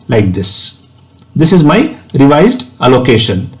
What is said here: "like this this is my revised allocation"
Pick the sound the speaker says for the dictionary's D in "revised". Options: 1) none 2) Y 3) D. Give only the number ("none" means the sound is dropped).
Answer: 3